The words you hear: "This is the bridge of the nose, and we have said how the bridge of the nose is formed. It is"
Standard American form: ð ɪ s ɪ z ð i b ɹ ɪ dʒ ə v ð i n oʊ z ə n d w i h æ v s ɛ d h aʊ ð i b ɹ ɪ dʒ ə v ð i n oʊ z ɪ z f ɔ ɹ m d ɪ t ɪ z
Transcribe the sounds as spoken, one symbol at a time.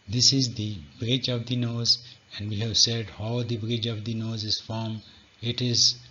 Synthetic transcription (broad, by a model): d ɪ s ɪ z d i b ɹ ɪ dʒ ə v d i n oʊ z ə n d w i h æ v s ɛ d h aʊ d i b ɹ ɪ dʒ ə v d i n oʊ z ɪ z f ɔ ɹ m ɪ t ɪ z